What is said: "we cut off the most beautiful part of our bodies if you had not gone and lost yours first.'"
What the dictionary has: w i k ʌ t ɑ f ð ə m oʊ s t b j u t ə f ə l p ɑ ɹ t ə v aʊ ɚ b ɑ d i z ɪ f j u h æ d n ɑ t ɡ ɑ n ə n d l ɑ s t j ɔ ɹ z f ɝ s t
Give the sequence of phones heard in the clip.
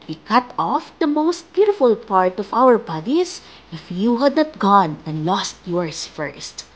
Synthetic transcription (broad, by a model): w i k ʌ t ɑ f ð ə m oʊ s t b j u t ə f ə l p ɑ ɹ t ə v aʊ ɚ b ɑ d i s ɪ f j u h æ d n ɑ t ɡ ɑ n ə n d l ɑ s t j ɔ ɹ s f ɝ s t